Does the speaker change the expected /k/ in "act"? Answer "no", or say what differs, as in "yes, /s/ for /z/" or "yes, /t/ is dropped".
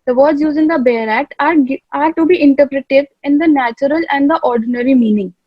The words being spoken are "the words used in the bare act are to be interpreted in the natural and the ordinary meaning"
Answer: no